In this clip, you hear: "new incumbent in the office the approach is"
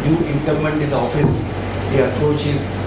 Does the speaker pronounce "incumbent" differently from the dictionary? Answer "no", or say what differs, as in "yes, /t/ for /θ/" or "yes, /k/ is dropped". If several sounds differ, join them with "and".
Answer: yes, /b/ is dropped